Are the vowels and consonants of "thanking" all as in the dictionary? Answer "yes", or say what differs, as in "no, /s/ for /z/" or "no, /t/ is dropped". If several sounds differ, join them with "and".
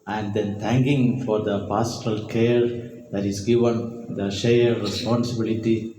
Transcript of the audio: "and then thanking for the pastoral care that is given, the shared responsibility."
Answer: no, /t/ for /θ/